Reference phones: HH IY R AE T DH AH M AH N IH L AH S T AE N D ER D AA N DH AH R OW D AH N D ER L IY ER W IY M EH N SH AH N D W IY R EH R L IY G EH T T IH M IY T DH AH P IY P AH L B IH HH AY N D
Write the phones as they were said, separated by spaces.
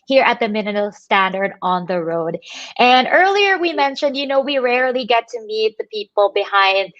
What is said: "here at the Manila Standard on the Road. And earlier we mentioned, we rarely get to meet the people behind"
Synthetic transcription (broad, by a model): HH IY R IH T DH AH M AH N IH AH S T AE N D ER D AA N DH AH R OW D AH N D ER L IY ER W IY M EH N SH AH N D W IY R EH R L IY G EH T T IH M IY T DH AH P IY P L B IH HH AY N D